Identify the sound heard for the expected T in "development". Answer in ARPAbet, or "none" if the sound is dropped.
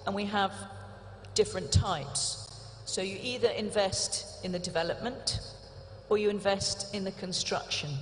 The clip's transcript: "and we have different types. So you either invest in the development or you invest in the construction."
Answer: T